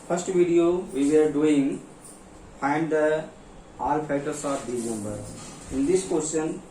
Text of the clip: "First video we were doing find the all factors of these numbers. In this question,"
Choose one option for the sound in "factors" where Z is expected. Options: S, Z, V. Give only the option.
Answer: S